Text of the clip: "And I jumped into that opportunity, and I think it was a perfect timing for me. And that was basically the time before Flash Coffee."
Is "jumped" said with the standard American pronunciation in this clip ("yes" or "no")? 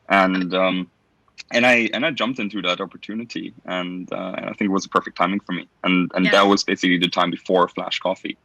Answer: yes